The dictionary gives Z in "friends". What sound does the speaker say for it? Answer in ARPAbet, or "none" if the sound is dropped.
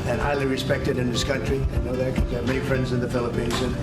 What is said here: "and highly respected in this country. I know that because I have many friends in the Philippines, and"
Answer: Z